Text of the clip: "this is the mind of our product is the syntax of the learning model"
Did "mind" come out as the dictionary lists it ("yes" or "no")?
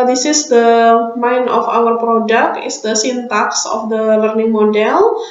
no